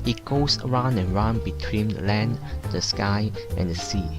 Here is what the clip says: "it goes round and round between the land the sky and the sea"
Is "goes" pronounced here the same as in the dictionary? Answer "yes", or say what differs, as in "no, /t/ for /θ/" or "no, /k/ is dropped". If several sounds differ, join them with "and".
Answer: no, /s/ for /z/